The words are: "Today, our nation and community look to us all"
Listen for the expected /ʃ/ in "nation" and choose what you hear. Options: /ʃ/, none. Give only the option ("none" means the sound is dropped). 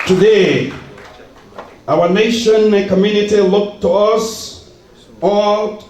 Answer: none